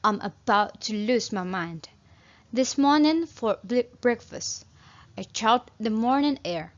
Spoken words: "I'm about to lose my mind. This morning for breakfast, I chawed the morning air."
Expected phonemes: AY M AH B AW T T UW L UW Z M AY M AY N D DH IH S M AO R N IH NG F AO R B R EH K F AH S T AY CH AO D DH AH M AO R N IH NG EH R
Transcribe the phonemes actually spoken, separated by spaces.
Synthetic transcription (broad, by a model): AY M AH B AW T T UW L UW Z M AY M AY N D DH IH S M AO R N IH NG F AO R B R EH K F AH S T AY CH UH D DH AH M AO R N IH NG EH R